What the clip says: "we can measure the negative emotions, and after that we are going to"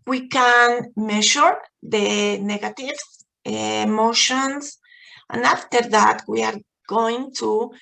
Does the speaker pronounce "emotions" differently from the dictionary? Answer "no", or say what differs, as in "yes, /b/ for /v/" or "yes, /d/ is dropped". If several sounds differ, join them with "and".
yes, /s/ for /z/